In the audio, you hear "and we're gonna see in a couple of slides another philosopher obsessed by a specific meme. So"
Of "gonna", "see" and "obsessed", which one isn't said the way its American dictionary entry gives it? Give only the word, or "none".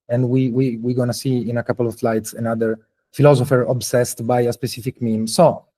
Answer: none